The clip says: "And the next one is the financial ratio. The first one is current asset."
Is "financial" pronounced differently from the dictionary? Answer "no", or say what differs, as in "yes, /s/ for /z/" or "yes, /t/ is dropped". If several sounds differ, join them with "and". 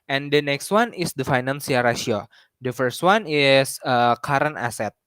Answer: yes, /s/ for /ʃ/